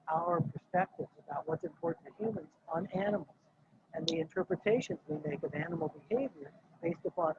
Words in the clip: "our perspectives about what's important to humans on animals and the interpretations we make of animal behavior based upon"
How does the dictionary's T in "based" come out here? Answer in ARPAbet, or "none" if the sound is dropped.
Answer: T